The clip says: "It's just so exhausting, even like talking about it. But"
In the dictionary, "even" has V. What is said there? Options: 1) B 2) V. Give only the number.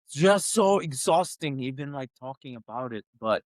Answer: 1